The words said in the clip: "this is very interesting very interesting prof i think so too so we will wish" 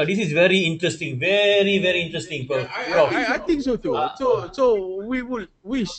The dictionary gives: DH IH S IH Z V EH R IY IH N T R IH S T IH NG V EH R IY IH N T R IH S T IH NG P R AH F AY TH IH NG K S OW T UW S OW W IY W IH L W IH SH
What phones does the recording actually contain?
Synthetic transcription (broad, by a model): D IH S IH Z V EH R IY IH N T R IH S T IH NG V EH R IY IH N T R IH S T IH NG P AH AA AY T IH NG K S OW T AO S OW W IY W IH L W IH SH